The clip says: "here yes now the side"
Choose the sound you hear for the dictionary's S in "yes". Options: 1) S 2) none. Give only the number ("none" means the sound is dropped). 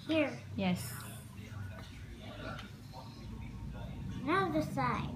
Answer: 1